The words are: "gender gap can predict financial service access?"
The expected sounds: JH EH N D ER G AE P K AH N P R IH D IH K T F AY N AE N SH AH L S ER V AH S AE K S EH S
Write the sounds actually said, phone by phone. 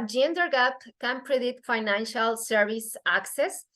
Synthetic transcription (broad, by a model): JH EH N D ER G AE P K AH N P R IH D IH T F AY N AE N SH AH L S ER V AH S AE K S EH S